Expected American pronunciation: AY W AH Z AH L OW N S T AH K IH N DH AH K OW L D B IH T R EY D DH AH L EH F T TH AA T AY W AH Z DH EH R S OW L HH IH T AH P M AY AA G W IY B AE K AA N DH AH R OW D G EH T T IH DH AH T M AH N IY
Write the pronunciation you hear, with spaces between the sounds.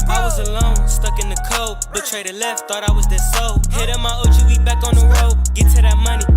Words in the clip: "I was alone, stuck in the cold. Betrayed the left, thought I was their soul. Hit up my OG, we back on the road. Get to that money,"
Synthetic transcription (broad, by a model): AY W AH Z AH L OW N S T AH K IH N DH AH K OW B IH T R EY D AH L EH F T TH AA T AY W AH Z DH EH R S OW HH IH T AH M AY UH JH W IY B AE K N DH AH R OW G EH T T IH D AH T M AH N IY